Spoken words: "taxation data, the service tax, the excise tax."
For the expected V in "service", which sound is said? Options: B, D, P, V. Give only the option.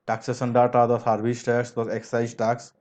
B